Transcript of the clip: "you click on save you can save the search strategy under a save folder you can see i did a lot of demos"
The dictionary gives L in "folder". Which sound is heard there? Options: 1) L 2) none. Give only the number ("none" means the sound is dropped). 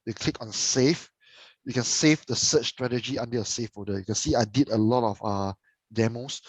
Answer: 2